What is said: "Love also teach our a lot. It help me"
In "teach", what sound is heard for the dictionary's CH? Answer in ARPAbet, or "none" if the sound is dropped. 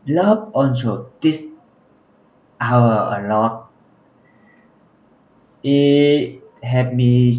S